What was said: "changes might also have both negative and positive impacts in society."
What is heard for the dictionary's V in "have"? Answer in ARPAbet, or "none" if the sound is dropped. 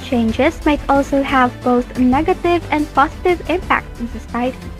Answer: V